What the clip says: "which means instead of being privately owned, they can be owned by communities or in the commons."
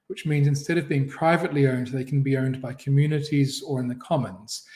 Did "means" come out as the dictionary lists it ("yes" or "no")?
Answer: yes